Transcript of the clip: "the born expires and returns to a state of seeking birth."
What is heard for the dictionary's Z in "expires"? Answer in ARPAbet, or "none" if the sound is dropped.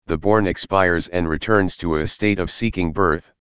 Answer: Z